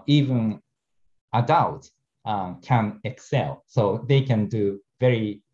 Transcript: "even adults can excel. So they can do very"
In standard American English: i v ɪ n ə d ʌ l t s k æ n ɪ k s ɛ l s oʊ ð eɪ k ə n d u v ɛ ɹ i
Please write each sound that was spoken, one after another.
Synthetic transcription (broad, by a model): i v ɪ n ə d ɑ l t k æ n ɪ k s ɛ l s oʊ ð eɪ k ə n d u v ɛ ɹ i